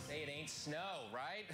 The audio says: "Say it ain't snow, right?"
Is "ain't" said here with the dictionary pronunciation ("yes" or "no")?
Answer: yes